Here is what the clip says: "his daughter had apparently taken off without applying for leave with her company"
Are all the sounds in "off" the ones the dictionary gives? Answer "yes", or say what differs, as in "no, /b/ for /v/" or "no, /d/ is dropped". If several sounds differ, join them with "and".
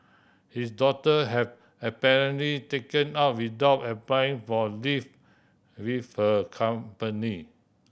no, /p/ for /f/